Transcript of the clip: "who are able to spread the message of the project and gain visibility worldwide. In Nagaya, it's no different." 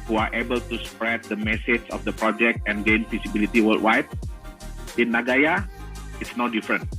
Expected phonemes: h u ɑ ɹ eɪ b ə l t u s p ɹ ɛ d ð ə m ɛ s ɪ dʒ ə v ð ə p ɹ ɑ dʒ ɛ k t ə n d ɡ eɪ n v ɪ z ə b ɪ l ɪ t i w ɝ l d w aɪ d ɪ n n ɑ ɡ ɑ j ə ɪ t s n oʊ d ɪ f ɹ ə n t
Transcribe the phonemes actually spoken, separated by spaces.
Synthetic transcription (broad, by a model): h u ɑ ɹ eɪ b ə l t u s p ɹ ɛ d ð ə m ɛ s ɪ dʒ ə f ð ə p ɹ ɑ dʒ ɛ k t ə n ɡ eɪ n f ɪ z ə b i l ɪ t i w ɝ l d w aɪ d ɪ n n ɑ ɡ ɑ j ə ɪ t s n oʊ d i f ɹ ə n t